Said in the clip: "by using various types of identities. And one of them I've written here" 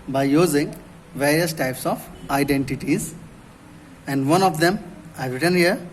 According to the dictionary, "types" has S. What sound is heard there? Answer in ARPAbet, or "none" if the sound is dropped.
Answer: S